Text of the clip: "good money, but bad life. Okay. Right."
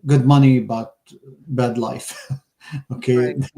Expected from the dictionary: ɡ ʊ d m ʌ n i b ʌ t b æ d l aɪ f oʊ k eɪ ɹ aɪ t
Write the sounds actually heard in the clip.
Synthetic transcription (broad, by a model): ɡ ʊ d m ʌ n i b ʌ t b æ d l aɪ f oʊ k eɪ